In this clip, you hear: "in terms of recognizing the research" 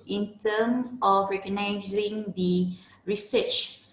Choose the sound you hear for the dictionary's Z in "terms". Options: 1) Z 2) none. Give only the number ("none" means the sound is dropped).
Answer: 2